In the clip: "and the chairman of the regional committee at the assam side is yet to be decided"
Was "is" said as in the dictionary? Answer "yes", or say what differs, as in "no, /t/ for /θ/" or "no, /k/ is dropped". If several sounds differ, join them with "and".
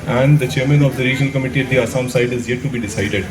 yes